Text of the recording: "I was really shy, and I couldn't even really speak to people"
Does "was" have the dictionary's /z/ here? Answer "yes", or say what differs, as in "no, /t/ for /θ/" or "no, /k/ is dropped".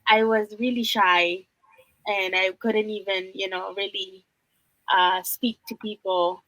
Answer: yes